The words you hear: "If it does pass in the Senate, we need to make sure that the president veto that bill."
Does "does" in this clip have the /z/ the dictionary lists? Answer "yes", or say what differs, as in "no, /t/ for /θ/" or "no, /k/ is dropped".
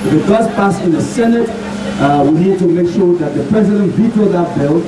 no, /s/ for /z/